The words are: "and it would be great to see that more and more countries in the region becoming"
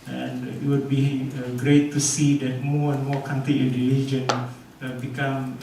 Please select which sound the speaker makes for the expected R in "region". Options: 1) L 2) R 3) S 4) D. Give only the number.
1